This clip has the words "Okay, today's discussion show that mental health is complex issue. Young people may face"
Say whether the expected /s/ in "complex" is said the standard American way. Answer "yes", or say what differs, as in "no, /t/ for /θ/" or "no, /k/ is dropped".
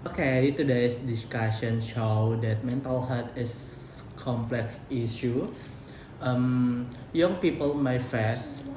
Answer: yes